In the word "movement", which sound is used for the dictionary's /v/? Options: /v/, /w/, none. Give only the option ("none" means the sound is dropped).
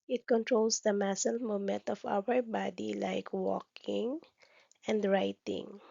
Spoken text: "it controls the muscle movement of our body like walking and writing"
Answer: none